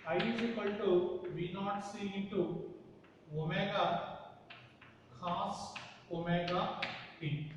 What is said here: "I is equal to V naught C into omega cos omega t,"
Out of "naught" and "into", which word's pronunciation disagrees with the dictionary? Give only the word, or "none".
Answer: into